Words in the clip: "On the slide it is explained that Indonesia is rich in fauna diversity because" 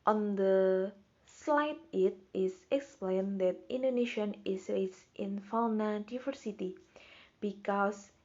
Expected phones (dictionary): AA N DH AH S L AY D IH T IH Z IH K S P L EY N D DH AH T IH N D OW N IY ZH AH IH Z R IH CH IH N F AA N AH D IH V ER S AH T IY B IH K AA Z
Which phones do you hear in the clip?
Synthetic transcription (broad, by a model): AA N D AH S L AY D IH T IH S IH K S P L EY N D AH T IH N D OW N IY SH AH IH S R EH S IH N F AA N AH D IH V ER S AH T IY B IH K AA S